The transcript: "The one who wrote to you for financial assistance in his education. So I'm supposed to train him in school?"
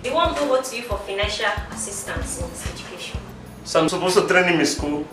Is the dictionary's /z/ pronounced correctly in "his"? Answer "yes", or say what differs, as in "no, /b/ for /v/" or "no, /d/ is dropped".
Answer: no, /s/ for /z/